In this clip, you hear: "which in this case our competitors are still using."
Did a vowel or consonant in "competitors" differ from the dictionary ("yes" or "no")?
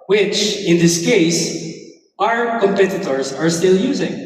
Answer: no